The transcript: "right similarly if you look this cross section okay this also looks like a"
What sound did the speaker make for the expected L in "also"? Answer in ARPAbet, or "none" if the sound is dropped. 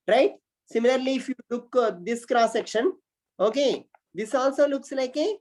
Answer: L